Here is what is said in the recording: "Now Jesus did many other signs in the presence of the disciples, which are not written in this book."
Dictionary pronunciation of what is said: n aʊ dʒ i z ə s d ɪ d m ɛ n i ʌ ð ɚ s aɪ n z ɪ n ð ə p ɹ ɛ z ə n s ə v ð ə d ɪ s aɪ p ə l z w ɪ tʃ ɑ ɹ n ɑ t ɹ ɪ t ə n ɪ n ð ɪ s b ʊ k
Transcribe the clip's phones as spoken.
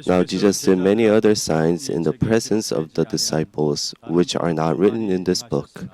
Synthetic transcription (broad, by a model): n aʊ dʒ i z ə s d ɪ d m ɛ n i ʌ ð ɚ s aɪ n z ɪ n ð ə p ɹ ɛ z ə n s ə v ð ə d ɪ s aɪ p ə l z w ɪ tʃ ɑ ɹ n ɑ t ɹ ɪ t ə n ɪ n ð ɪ s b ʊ k